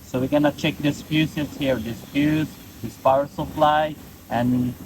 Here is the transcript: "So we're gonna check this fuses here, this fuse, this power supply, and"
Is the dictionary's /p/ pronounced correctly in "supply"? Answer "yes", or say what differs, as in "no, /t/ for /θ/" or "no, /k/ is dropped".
no, /f/ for /p/